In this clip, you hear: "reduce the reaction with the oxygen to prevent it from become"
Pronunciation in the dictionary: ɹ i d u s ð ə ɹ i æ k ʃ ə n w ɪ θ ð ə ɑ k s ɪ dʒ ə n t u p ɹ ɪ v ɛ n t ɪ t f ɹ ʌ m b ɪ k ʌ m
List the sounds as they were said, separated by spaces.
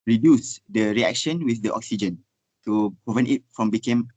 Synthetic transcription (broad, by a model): ɹ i d u s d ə ɹ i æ k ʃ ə n w ɪ θ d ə ɑ k s ɪ dʒ ə n t u p ɹ ɪ v ɛ n t ɪ t f ɹ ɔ m b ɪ k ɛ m